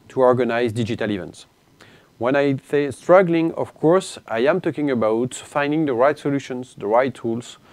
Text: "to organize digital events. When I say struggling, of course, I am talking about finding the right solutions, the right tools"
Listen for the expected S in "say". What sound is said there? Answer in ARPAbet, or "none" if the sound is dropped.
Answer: TH